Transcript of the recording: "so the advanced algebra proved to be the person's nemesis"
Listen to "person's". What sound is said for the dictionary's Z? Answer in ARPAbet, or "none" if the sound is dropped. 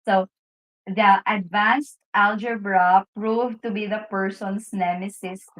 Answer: S